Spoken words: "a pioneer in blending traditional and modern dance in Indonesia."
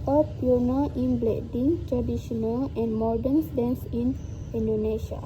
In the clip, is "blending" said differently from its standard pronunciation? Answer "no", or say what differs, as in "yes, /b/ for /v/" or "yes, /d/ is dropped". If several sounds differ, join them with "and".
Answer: yes, /n/ is dropped